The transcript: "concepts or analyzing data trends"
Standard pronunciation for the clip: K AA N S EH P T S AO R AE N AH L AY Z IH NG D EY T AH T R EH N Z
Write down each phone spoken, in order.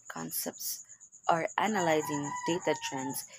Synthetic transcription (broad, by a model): K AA N S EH P T S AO R AE N AH L AY Z IH NG D EY T AH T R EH N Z